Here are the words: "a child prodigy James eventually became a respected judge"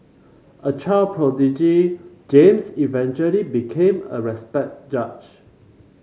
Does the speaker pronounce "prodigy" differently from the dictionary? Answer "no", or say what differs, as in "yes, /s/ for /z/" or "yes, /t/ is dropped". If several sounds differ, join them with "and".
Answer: no